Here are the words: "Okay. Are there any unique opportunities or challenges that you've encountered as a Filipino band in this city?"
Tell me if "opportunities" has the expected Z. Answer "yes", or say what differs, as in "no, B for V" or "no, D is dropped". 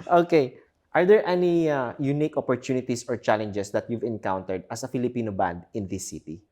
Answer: no, S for Z